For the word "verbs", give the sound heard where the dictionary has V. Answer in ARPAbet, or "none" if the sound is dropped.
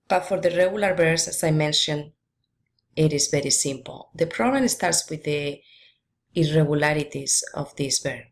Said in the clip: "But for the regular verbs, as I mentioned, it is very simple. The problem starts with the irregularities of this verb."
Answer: B